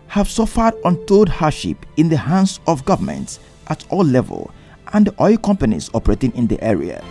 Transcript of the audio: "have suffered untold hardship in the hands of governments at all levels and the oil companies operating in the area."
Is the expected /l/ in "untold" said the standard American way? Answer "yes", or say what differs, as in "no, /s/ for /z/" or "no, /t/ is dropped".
no, /l/ is dropped